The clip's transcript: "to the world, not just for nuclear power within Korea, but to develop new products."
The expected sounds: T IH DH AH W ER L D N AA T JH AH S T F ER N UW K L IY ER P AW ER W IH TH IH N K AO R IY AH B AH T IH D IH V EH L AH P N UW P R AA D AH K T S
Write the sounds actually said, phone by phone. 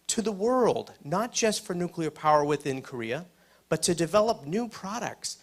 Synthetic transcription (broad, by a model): T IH DH AH W ER L D N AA T JH AH S T F ER N UW K L IY ER P AW ER W IH TH IH N K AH R IY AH B AH T IH D IH V EH L AH P N UW P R AA D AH K T S